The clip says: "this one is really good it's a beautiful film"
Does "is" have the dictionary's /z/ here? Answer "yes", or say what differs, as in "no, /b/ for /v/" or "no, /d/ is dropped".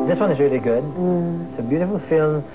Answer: yes